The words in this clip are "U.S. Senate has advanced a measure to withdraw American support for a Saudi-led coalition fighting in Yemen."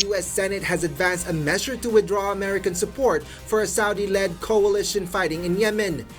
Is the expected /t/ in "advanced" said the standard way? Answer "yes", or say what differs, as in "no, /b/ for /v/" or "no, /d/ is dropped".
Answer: yes